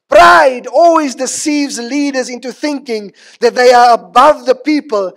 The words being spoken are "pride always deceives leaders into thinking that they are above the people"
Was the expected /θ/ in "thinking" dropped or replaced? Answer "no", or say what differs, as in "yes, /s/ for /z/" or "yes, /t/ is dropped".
no